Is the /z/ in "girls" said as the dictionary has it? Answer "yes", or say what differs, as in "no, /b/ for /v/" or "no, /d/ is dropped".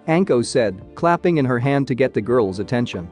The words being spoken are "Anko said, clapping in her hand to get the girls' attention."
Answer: yes